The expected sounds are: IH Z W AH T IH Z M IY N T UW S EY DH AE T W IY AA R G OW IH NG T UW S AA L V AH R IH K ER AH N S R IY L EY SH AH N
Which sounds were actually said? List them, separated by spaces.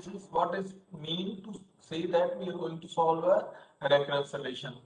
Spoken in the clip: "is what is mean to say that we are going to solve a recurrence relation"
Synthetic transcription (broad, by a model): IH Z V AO T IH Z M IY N T UW S EY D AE T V IY AA R G OW IH NG T UW S AA L V AH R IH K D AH S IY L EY SH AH N